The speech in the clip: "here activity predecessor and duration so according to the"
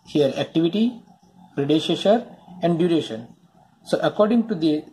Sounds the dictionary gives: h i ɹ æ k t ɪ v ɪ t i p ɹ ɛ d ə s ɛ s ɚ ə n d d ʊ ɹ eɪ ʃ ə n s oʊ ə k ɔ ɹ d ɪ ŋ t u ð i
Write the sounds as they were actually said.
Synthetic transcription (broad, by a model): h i ɹ æ k t ɪ v ɪ t i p ɹ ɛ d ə ʃ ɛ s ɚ ə n d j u ɹ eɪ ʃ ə n s oʊ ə k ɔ ɹ d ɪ ŋ t u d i